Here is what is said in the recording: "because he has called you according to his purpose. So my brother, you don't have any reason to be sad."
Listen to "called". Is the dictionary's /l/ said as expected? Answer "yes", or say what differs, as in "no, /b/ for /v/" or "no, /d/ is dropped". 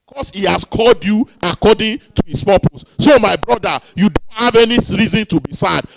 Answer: yes